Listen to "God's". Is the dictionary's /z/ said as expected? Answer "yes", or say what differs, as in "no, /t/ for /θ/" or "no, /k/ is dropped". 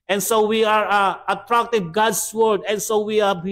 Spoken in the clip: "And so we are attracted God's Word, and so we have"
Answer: no, /s/ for /z/